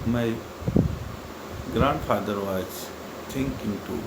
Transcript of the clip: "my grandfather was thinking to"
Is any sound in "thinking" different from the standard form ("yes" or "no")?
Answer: yes